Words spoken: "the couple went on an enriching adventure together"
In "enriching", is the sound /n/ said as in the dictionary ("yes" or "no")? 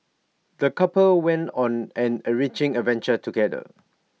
no